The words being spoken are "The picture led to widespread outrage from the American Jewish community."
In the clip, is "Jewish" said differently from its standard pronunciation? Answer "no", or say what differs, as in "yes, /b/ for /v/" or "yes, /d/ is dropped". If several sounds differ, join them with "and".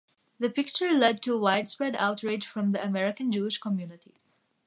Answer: no